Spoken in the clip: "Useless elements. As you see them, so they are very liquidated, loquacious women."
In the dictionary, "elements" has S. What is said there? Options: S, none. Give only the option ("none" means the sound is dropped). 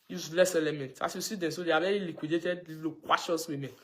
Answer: none